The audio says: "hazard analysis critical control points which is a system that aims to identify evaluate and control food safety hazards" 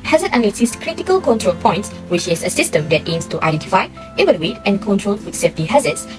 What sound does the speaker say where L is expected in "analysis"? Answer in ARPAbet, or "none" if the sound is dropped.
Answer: N